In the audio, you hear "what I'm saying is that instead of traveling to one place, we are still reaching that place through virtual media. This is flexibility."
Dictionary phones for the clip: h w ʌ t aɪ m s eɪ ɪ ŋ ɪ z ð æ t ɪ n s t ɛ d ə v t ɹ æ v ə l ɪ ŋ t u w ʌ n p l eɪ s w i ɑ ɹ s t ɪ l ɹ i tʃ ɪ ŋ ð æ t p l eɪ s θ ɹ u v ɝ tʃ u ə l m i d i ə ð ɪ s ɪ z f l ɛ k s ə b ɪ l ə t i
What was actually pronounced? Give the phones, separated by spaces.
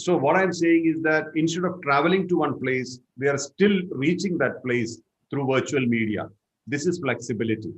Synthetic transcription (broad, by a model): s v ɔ t aɪ m s eɪ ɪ ŋ ɪ z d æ t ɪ n s t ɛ d ə v t ɹ æ v ə l ɪ ŋ t u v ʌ n p l eɪ s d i ɑ ɹ s t ɪ l ɹ i tʃ ɪ ŋ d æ t p l eɪ s t ɹ u v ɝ tʃ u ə l m i d i ə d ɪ s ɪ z f l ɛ k s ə b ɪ l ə t i